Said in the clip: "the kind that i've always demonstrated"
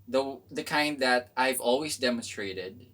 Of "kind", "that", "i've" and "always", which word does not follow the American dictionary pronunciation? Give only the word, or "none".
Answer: none